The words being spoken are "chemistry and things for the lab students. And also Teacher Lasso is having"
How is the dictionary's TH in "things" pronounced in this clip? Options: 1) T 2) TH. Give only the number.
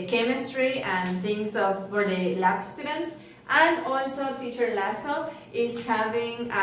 1